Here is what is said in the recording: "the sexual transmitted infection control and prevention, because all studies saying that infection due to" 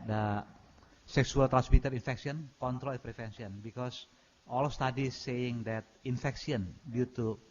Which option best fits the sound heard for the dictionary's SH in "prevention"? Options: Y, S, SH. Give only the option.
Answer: S